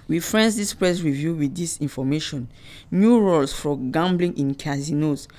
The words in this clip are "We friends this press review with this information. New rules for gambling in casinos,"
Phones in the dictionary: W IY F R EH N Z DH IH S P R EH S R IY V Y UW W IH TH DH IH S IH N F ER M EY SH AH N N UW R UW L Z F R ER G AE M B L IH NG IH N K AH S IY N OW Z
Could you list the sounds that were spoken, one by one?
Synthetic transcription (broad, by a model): W IY F R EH N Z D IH S P R EH S R IY V Y UW W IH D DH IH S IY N F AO M EY SH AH N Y UW R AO L S F R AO G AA M B L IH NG IH N K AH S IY N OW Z